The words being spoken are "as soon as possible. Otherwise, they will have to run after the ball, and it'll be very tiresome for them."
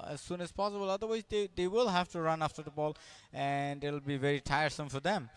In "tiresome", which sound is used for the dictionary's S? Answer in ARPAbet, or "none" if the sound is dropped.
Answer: S